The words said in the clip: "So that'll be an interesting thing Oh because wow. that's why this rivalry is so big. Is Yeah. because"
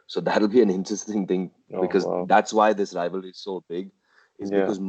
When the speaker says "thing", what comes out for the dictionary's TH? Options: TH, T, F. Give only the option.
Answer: TH